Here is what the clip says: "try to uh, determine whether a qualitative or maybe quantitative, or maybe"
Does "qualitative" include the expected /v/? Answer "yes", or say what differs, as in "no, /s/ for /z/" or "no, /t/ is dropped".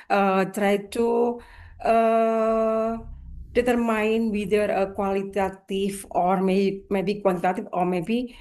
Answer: no, /f/ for /v/